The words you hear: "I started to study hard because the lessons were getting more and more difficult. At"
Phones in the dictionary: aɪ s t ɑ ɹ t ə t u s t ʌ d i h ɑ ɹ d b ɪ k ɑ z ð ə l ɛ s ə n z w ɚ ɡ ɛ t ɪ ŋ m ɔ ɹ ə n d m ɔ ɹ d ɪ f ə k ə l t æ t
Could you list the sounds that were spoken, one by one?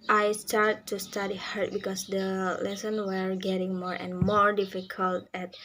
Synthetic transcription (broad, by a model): aɪ s t ɑ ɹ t t u s t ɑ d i h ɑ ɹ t b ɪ k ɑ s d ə l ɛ s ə n w ɚ ɡ ɛ t ɪ ŋ m ɔ ɹ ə n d m ɔ ɹ d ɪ f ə k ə l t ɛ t